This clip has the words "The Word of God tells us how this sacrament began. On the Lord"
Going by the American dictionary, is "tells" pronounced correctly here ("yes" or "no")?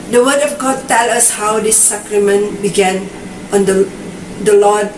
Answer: no